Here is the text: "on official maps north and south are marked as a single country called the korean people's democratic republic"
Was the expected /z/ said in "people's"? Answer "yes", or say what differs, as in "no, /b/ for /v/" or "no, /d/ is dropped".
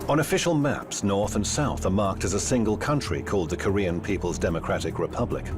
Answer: yes